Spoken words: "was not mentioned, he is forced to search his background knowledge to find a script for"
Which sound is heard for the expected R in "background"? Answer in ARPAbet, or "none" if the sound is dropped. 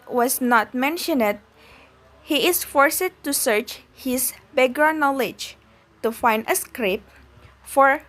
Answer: none